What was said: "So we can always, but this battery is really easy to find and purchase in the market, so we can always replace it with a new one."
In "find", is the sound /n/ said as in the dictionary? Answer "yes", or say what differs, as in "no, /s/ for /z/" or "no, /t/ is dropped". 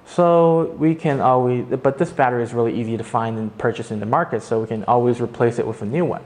yes